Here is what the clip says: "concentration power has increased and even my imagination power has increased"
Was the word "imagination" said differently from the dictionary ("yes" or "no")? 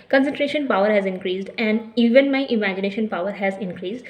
no